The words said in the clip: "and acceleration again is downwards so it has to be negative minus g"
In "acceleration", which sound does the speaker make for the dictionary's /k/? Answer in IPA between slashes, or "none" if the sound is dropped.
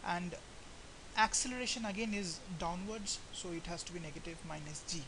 /k/